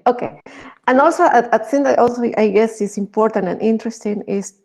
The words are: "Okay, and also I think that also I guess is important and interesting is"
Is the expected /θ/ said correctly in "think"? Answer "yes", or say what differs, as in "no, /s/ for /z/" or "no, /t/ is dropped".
no, /t/ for /θ/